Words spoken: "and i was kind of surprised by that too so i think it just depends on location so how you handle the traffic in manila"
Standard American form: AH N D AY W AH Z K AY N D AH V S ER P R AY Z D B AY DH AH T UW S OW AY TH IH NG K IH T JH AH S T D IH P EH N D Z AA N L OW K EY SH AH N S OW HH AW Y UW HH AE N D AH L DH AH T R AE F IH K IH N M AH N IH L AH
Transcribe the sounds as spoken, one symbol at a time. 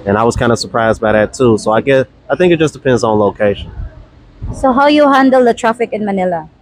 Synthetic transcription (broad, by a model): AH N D AY W AH Z K AY N D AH S ER P R AY Z D B AY DH AH T UW S OW AY TH IH NG K IH T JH AH S D IH P EH N D Z N L OW K EY SH AH N S OW HH AW Y UW HH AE N D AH L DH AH T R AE F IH K IH N M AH N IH L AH